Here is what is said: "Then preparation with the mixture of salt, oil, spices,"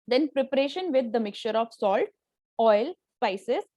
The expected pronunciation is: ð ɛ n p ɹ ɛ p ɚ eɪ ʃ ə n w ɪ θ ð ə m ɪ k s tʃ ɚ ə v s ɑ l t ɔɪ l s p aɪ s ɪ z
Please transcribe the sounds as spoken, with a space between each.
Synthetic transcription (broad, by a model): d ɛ n p ɹ ɛ p ɚ eɪ ʃ ə n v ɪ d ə m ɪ k tʃ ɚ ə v s ɑ l t ɔɪ l s p aɪ s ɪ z